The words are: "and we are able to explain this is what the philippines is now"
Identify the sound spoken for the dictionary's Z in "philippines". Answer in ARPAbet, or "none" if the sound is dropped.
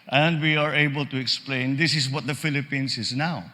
S